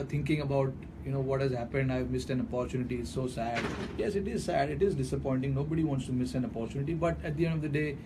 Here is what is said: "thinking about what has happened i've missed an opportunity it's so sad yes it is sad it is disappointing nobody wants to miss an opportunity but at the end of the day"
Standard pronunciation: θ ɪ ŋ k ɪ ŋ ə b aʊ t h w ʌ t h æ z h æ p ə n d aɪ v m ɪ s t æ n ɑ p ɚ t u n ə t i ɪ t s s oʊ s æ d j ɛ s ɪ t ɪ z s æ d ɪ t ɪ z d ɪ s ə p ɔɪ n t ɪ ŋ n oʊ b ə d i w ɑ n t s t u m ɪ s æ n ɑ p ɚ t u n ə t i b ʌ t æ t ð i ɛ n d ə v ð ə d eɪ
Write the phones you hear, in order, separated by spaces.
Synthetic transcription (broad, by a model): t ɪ ŋ k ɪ ŋ ə b aʊ t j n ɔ t h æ z h æ p ə n d aɪ v m ɪ s t æ n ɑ p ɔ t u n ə t i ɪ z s s oʊ s æ d j ɛ s ɪ t ɪ z s æ d ɪ t ɪ z d ɪ s ə p ɔɪ n t ɪ ŋ n oʊ b ə d i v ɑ n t s t u m ɪ s æ n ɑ p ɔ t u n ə t i b ʌ t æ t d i ɛ n d ə v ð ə d eɪ